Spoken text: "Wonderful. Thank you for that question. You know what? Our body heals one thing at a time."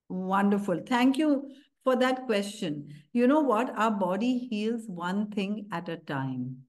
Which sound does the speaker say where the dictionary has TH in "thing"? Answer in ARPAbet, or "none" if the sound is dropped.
T